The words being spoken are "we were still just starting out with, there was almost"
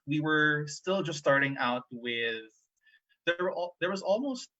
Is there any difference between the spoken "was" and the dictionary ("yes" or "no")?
no